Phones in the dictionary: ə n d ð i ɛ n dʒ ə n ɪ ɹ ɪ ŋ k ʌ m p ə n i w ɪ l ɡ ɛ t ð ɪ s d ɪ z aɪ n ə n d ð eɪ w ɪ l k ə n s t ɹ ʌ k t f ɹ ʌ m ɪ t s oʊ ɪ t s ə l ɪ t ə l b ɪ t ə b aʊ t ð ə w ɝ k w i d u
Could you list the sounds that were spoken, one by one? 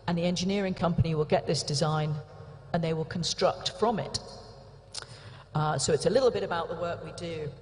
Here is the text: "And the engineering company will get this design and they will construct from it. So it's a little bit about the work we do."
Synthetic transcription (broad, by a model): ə n ð i ɛ n dʒ ə n ɪ ɹ ɪ ŋ k ʌ m p ə n i w ɪ l ɡ ɛ t ð ɪ s d ɪ z aɪ n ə n ð eɪ w ɪ l k ə n s t ɹ ʌ k t f ɹ ʌ m ɪ t s oʊ ɪ t s ə l ɪ t l b ɪ t ə b aʊ t ð ə w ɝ k w i d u